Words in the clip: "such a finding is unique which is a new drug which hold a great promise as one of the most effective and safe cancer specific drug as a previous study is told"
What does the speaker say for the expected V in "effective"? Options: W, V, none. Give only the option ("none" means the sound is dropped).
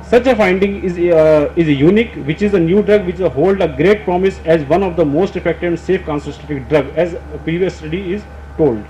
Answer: none